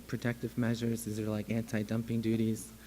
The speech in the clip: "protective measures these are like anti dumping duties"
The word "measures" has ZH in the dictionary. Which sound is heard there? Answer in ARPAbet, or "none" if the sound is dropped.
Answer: ZH